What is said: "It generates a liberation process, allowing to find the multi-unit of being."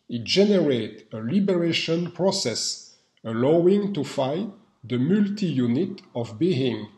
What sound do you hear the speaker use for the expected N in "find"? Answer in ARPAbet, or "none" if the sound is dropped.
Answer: none